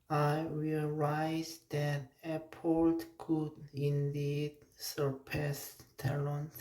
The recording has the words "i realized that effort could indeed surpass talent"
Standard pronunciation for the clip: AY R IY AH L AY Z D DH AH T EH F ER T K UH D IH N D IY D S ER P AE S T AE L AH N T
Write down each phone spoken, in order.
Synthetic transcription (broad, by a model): AY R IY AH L AY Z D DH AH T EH P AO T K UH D IH N D IY D S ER P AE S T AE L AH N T